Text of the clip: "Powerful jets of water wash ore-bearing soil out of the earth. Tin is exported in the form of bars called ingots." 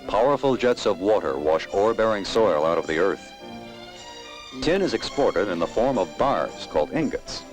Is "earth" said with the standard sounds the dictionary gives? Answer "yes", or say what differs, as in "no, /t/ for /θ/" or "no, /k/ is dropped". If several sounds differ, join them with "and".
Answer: yes